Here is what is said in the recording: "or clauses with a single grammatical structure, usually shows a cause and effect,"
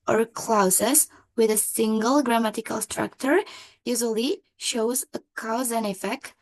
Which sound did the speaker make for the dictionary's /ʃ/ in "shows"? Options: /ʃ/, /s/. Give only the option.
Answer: /ʃ/